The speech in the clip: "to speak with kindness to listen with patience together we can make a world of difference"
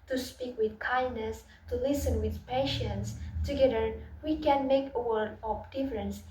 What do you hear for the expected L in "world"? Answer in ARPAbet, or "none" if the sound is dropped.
none